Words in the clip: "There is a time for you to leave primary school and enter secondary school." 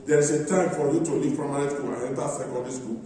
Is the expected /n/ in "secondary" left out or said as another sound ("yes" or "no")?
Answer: yes